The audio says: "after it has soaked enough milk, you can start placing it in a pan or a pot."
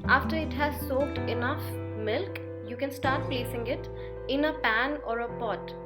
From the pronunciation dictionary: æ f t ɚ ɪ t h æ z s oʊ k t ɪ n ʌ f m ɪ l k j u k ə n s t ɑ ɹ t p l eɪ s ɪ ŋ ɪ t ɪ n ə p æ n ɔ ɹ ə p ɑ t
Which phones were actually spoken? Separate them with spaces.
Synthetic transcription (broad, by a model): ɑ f t ɚ ɪ t h æ z s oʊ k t ɪ n ʌ f m ɪ l k j u k ə n s t ɑ ɹ t p l eɪ s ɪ ŋ ɪ t ɪ n ə p æ n ɔ ɹ ə p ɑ t